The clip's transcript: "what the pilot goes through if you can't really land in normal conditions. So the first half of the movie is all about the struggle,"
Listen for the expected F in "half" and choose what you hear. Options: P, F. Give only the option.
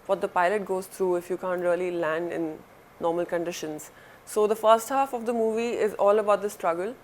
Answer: F